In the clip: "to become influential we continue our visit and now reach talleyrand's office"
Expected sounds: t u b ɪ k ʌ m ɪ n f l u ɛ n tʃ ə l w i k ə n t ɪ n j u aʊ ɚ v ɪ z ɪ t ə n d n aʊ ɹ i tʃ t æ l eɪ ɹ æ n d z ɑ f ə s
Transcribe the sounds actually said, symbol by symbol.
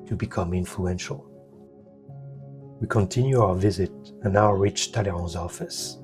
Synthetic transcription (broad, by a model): t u b ɪ k ʌ m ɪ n f l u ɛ n ʃ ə l w i k ə n t ɪ n j u aʊ ɚ v ɪ z ɪ t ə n n aʊ ɹ i tʃ t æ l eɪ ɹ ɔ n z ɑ f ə s